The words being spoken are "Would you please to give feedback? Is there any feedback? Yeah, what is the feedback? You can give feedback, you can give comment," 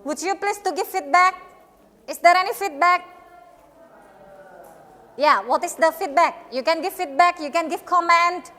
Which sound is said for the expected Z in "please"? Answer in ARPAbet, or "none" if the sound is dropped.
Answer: S